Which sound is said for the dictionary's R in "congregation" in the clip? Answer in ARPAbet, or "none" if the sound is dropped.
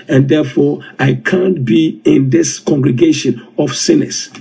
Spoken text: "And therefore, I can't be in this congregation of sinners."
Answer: R